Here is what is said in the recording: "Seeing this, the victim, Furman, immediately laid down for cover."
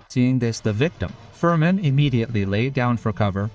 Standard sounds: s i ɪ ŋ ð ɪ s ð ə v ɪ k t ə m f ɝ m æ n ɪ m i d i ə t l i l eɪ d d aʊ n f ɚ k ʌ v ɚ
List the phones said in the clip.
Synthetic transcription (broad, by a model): s i ɪ ŋ ð ɪ s ð ə v ɪ k t ə m f ɝ m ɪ n ɪ m i d i ə t l i l eɪ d d aʊ n f ɚ k ʌ v ɚ